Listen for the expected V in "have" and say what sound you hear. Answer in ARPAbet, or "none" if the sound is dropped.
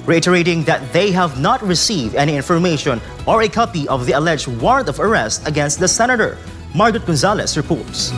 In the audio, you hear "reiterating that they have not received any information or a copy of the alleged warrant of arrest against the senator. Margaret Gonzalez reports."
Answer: V